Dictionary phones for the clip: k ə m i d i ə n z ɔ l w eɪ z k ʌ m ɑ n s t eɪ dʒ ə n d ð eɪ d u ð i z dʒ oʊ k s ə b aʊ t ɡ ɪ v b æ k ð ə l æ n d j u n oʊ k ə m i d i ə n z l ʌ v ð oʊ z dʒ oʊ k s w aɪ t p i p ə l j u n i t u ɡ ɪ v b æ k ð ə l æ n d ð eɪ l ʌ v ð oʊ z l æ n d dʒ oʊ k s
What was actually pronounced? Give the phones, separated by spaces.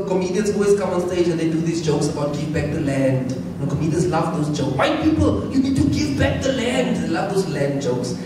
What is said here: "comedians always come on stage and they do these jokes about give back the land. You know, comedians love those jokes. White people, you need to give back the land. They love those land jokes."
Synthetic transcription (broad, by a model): k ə m i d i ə n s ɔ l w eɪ s k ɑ m ɑ n s t eɪ dʒ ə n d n d u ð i s dʒ oʊ k s ə b aʊ t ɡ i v b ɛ k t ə l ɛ n d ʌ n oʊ k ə m i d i ə n s l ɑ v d oʊ s dʒ oʊ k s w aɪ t p i p ə l j u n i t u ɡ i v b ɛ k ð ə l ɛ n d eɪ l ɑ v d oʊ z l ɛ n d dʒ oʊ k s